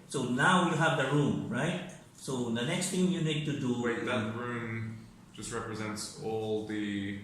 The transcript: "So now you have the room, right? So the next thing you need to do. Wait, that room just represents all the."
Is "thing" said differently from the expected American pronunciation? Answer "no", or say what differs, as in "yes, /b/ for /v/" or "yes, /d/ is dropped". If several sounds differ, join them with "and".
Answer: yes, /t/ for /θ/